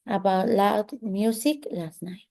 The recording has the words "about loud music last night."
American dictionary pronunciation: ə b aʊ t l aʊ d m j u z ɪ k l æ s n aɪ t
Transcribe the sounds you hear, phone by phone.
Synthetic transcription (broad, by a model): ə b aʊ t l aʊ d m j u s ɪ k l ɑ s n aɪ